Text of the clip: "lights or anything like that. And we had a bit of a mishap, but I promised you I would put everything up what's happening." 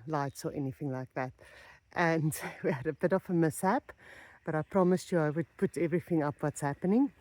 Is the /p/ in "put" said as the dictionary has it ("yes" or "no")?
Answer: yes